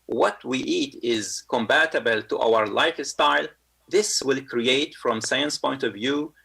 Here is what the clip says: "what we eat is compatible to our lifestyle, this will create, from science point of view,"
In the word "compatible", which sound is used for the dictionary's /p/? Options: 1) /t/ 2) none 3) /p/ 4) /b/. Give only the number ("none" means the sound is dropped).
4